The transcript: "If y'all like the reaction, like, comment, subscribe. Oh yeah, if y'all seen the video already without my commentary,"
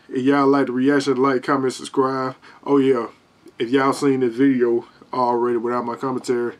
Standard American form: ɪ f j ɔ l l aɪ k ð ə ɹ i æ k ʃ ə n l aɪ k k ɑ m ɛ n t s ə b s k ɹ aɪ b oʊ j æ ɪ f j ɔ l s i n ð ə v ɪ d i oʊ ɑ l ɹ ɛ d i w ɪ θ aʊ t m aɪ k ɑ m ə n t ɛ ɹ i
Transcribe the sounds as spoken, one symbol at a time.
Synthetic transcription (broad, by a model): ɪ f j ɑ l l aɪ k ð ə ɹ i æ k ʃ ə n l aɪ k k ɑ m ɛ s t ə s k ɹ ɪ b oʊ j æ ɪ f j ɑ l s i n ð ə v ɪ d i oʊ ɑ l ɹ ɛ d i w ɪ θ aʊ t m aɪ k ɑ m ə n t ɛ ɹ i